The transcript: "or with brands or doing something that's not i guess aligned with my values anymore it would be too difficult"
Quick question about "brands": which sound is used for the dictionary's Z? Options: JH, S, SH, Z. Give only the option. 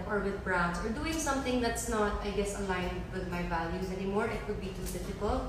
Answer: S